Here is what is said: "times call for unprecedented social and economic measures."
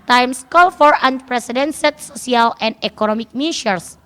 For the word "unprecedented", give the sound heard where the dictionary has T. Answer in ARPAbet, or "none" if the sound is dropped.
S